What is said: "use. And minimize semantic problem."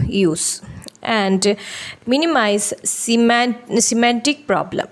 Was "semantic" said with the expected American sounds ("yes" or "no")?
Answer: no